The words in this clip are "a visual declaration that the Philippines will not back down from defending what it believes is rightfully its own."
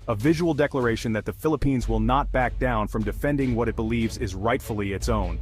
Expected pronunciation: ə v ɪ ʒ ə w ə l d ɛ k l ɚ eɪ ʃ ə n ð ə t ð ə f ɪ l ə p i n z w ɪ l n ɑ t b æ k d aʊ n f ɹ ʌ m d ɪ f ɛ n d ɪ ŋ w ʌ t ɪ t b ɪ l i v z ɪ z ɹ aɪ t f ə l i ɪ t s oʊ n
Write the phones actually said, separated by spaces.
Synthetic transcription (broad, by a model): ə v ɪ ʒ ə w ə l d ɛ k l ɚ eɪ ʃ ə n ð ə t ð ə f ɪ l ə p i n z w ɪ l n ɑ t b æ k d aʊ n f ɹ ʌ m d ɪ f ɛ n d ɪ ŋ w ʌ t ɪ t b ɪ l i v z ɪ z ɹ aɪ t f l i ɪ t s oʊ n